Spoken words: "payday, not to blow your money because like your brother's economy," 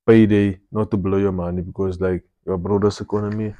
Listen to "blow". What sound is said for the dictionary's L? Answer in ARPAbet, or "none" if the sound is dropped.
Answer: L